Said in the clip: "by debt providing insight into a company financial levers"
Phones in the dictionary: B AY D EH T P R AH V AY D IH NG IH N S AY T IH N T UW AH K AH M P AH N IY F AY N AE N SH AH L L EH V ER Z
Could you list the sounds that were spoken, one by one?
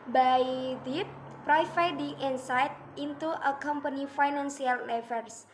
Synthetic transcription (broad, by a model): B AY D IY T P R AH F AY D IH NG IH N S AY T IH N T UW AH K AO M P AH N IY F AY N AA N S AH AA L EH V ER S